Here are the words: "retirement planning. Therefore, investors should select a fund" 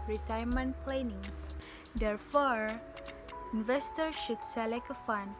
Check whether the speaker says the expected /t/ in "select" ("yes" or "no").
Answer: no